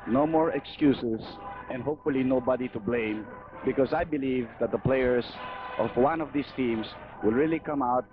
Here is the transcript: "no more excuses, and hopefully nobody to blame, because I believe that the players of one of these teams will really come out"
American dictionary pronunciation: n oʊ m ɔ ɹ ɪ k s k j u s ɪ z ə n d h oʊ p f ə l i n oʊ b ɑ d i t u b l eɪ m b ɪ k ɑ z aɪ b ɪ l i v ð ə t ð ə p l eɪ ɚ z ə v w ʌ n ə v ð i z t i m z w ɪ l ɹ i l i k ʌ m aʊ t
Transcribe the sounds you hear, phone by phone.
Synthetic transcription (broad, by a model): n oʊ m ɔ ɹ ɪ k s k j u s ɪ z ə n d h oʊ p f ə l i n oʊ b ɑ d i t u b l eɪ m b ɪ k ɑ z aɪ b ɪ l i v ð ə t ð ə p l eɪ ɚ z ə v w ʌ n ə v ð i s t i m s w ɪ l ɹ i l i k ʌ m aʊ t